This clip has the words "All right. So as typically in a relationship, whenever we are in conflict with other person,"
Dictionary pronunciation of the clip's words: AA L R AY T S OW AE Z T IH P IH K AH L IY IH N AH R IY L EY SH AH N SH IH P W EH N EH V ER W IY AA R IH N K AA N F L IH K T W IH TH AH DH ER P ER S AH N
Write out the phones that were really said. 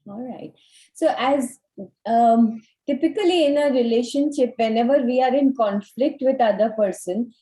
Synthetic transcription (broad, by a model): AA L R AY T S OW AE Z T IH P IH K AH L IY IH N AH R IY L EY SH AH N SH IH P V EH N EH V ER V IY AA R IH N K AA N F L IH K T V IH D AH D ER P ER S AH N